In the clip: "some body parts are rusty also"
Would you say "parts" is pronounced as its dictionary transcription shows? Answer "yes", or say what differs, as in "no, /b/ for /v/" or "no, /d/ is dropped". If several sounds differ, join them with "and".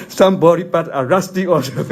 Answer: no, /s/ is dropped